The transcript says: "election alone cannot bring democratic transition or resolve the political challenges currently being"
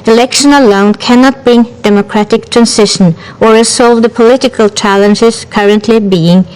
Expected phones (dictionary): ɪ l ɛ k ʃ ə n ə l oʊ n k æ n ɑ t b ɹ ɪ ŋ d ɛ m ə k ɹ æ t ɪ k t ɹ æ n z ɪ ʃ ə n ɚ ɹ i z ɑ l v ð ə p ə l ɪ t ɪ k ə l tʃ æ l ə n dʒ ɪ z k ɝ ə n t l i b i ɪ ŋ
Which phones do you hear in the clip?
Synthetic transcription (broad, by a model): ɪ l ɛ k ʃ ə n ə l oʊ n k æ n ɑ t b ɹ ɪ ŋ d ɛ m ə k ɹ æ t ɪ k t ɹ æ n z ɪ ʃ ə n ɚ ɹ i s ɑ l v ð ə p ə l ɪ t ɪ k ə l tʃ æ l ə n dʒ ɪ z k ɝ ə n t l i b i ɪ ŋ